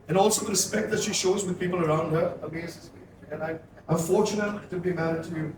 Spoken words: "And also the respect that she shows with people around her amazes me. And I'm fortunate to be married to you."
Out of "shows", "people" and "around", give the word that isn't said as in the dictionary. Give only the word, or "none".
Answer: none